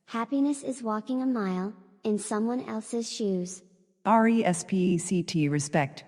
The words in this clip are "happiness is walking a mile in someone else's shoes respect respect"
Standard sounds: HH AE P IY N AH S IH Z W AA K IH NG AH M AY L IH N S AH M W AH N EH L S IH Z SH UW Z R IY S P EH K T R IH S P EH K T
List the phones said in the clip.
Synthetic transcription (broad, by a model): HH AE P IY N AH S IH Z W AA K IH NG AH M AY L IH N S AH M W AH N EH L S IH Z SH UW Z R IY S P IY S T R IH S P EH K T